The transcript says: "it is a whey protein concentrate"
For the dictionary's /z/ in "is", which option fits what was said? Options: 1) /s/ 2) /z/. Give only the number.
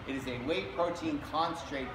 2